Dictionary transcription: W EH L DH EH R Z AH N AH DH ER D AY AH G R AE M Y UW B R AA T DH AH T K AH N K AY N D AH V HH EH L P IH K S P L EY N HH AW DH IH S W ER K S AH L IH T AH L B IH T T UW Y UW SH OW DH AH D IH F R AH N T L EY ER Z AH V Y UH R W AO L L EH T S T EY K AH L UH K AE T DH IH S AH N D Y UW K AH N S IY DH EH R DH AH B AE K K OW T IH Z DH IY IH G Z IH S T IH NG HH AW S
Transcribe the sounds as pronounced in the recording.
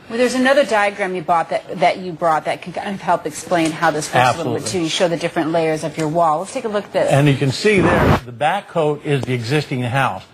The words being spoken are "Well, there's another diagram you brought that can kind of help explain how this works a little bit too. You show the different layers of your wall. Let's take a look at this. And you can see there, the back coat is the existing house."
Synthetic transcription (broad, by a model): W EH DH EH R Z AH N AH DH ER D AY AH G R AE M Y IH B R AA T DH AH T K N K AY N AH V HH EH L P IH K S P L EY N HH AW DH IH S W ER AH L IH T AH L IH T T UW Y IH SH OW DH AH D IH F R AH N T L EY ER Z AH V Y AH R W AO L W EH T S T EY K AH L UH K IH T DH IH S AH N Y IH K AH N S IY DH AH R DH AH B AE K K OW T IH Z DH IY IH G Z IH S T IH NG HH AW S